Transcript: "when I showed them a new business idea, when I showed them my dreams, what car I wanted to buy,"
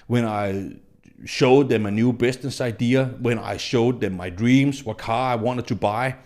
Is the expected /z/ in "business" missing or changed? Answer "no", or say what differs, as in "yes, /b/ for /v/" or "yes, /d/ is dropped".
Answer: yes, /s/ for /z/